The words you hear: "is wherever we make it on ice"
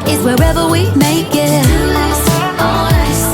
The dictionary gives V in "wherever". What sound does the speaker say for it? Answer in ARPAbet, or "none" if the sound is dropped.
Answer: V